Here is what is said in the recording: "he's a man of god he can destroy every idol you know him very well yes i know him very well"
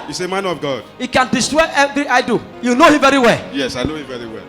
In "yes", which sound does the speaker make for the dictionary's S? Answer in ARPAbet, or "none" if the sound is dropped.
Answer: S